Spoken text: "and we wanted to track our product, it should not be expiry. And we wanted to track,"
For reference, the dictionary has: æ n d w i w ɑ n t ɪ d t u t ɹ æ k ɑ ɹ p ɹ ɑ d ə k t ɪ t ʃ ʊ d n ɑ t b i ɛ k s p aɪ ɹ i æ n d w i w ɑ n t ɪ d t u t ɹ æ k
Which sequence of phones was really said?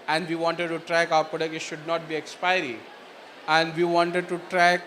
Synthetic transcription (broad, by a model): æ n d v i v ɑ n t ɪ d t u t ɹ æ k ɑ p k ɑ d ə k ɪ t ʃ ʊ d n ɑ t b i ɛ k s p aɪ ɹ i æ n d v i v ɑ n t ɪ d t u t ɹ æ k